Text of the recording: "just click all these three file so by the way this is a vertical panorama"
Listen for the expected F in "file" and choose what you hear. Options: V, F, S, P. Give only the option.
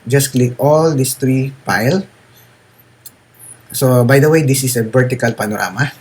P